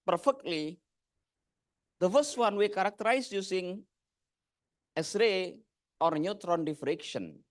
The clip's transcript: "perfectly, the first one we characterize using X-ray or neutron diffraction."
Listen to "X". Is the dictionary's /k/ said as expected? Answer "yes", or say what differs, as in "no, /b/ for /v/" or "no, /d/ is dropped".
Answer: no, /k/ is dropped